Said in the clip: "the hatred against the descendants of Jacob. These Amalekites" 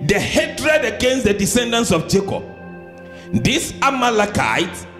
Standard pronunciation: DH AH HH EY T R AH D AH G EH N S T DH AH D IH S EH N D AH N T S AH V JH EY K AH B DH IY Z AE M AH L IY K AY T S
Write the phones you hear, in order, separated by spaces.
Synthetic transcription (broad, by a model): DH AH HH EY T R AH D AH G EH N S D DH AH D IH S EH N D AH N S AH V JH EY K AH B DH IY S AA M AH L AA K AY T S